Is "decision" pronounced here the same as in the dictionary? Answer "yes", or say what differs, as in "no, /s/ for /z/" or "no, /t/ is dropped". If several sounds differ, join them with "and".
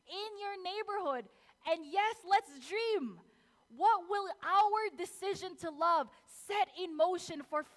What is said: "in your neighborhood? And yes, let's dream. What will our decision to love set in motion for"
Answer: yes